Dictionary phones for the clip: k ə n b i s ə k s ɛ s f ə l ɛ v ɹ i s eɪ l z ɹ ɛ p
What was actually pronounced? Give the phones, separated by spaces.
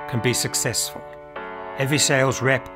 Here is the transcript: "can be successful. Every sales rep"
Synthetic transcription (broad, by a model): k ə n b i s ə k s ɛ s f ə l ɛ v ɹ i s eɪ l z ɹ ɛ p